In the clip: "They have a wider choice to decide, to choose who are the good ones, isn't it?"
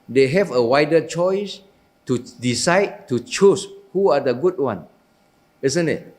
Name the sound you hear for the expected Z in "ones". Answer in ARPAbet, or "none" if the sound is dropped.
none